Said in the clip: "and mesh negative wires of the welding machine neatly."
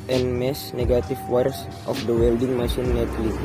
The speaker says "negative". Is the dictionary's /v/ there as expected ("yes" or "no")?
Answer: no